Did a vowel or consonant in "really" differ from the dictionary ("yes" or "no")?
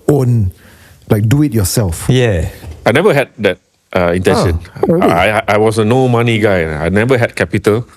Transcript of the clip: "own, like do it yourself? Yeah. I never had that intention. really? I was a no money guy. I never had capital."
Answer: yes